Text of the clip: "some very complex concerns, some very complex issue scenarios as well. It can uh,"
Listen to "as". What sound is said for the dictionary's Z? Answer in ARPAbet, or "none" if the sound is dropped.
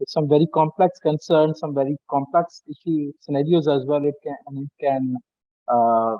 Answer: Z